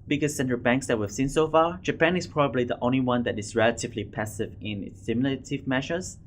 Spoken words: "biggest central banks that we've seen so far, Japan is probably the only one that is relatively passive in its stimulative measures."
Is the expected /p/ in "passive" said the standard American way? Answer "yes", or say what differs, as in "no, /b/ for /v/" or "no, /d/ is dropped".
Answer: yes